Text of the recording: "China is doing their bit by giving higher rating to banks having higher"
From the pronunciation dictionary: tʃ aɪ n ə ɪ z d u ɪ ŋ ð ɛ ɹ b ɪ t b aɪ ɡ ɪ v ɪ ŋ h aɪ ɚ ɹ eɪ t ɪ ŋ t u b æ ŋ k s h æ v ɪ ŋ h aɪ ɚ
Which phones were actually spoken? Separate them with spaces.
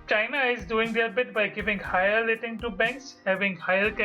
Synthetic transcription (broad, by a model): tʃ aɪ n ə ɪ z d u ɪ ŋ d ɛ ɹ b ɪ t b aɪ ɡ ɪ v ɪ ŋ h aɪ ɚ l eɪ t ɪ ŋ t u b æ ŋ k s h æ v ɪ ŋ h aɪ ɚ